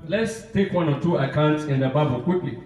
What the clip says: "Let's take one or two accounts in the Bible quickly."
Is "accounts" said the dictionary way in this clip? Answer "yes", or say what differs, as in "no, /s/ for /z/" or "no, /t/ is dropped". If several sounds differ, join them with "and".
yes